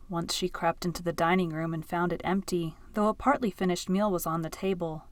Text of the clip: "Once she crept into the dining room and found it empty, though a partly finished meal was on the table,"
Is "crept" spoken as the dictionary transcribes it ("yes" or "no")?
yes